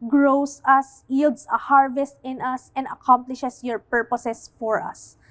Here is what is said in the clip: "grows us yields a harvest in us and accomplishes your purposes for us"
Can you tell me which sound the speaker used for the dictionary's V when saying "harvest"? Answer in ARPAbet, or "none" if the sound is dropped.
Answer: V